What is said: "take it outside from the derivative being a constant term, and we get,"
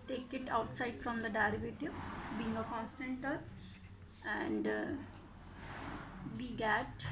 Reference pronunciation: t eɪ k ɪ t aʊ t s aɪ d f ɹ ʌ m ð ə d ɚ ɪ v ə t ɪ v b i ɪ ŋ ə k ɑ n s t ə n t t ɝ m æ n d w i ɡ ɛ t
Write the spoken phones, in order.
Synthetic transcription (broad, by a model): t eɪ k ɪ t aʊ t s aɪ d f ɹ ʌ m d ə d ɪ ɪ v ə t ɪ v b i ɪ ŋ ə k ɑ n s t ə n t t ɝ æ n d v i ɡ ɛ t